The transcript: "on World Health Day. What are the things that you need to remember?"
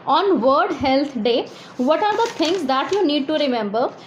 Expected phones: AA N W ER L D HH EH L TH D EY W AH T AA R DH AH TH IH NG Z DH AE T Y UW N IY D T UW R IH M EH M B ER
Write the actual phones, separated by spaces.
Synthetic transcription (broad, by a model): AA N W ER D HH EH L T D EY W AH T AA R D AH T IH NG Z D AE T Y UW N IY D T UW R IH M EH M B ER